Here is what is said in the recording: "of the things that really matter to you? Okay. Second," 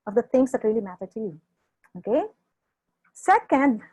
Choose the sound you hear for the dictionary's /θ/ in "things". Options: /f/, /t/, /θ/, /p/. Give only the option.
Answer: /t/